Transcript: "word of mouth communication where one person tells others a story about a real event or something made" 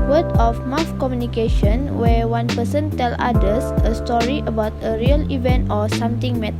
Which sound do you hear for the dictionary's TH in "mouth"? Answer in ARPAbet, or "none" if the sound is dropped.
F